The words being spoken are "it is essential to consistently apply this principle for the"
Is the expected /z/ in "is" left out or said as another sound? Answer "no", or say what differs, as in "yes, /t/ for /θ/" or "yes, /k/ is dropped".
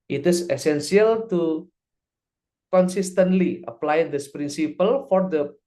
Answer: yes, /s/ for /z/